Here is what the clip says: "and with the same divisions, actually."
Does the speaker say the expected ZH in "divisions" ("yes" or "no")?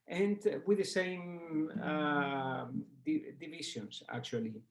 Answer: no